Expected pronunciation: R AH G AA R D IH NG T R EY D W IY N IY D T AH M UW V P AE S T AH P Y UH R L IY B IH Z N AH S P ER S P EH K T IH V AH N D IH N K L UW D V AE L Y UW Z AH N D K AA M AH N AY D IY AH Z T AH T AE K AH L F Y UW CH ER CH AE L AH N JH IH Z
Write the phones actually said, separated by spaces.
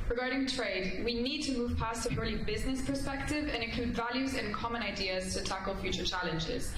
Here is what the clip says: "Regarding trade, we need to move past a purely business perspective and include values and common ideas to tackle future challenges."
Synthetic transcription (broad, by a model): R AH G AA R D IH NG T R EY D W IY N IY D T AH M UW V P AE S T AH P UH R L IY B IH Z N AH S P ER S P EH K T IH V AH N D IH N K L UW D V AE L Y UW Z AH N K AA M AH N AY D IY AH Z T AH T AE K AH L F Y UW CH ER CH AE L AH N JH IH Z